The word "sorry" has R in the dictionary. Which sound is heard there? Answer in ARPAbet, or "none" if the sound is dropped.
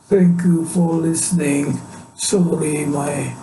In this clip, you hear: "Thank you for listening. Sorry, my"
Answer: L